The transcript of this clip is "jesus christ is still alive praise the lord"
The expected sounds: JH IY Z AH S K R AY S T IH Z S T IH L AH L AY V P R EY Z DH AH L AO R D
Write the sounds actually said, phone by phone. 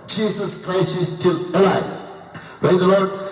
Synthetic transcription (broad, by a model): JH IY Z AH S K R AY S T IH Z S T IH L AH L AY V P R EY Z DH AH L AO R D